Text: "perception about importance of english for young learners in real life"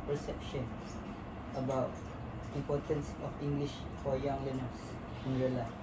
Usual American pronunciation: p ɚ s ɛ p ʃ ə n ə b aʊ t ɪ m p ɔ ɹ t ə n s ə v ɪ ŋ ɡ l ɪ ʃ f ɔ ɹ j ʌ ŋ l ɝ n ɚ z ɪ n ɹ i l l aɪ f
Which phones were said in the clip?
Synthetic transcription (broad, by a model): p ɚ s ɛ p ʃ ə n ə b aʊ t ɪ m p ɔ ɹ t ə n s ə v ɪ ŋ ɡ l ɪ ʃ f ɔ ɹ j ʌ ŋ l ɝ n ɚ s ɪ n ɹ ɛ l l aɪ